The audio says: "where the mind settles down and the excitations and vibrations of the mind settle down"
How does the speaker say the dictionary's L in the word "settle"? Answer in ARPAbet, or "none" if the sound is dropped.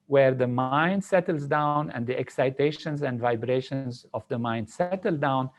L